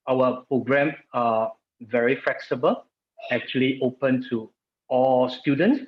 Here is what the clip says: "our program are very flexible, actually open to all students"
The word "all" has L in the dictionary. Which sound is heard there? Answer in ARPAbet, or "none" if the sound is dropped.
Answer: L